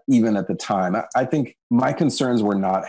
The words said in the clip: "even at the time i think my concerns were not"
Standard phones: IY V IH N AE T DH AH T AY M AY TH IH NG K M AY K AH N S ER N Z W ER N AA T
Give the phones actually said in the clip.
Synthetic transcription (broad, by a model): IY V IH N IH T DH AH T AY M AY TH IH NG K M AY K AH N S ER N Z W ER N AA T